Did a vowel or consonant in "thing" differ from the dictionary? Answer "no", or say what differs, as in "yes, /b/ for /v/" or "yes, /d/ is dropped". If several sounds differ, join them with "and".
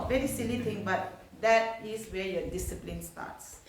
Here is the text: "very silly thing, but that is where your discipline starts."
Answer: yes, /t/ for /θ/